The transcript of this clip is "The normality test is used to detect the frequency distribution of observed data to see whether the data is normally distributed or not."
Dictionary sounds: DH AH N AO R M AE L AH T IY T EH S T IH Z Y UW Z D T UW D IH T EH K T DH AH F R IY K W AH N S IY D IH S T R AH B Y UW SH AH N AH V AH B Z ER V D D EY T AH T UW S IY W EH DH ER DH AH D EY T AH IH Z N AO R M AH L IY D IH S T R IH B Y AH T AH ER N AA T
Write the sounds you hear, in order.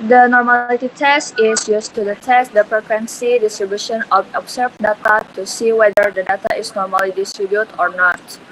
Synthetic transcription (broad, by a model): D AH N AO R M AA L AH T IY T EH S T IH S Y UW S T UW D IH T EH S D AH P R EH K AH N S IY D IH S T R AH B Y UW SH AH N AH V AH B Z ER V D D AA T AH T UW S IY W EH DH ER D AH D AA T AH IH S N AO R M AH L IY D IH S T R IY B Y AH T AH N AA T